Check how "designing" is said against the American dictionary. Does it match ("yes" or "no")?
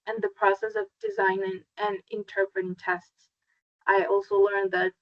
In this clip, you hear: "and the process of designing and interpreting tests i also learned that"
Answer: yes